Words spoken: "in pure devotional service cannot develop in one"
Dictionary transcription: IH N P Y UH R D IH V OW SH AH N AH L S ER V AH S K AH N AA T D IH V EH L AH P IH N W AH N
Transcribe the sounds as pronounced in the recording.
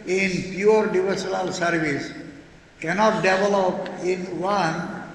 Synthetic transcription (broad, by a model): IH N P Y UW R D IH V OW S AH L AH L S ER V AH S K AH N AA T D IH V EH L AH P IH N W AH N